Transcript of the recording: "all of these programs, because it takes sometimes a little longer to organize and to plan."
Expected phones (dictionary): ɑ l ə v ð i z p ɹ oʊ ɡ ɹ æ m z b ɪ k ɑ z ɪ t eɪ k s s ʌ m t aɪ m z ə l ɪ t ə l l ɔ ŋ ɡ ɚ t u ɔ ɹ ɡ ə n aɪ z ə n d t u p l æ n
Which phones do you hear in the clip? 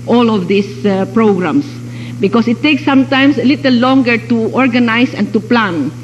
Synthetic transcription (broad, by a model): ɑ l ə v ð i s p ɹ oʊ ɡ ɹ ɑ m s b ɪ k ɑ s ɪ t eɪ k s s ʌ m t aɪ m s ə l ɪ t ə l l ɔ ŋ ɡ ɚ t u ɔ ɹ ɡ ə n aɪ s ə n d t u p l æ n